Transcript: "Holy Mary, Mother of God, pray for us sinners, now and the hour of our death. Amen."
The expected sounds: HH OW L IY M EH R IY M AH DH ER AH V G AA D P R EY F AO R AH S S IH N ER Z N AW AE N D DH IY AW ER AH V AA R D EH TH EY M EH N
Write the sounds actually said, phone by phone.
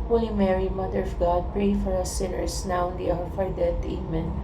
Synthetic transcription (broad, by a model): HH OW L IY M EH R IY M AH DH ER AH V G AA D P R EY F AO R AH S S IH N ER S N AW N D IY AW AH F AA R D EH T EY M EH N